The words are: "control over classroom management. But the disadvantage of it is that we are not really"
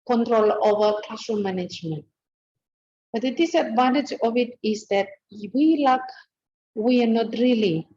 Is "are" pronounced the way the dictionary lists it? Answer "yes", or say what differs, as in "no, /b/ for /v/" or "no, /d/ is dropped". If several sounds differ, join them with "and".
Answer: no, /w/ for /ɹ/